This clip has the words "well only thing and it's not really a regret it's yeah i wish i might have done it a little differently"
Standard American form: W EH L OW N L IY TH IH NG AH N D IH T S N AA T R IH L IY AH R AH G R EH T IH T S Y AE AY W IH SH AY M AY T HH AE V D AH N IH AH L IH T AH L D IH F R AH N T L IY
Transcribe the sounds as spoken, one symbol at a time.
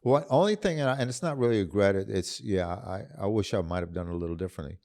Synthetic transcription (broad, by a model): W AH OW N L IY TH IH NG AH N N IH T S N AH T R IH L IY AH R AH R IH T IH T S Y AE AY W IH SH AY M AY T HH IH V D AH N AH L IH T L D IH F R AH N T L IY